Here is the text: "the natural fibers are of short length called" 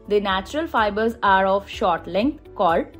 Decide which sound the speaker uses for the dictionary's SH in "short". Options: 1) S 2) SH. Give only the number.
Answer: 2